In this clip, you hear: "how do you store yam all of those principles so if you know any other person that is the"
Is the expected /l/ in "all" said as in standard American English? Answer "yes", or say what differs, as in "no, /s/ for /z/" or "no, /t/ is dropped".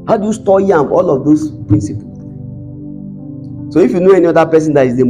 yes